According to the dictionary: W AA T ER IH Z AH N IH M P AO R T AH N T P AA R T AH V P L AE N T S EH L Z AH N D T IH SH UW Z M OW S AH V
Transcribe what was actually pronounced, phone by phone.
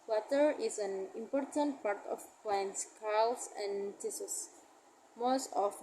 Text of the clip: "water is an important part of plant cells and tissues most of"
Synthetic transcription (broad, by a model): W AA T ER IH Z AH N IH M P AO R T AH N T P AA R T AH F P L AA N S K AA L S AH N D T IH S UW S M OW S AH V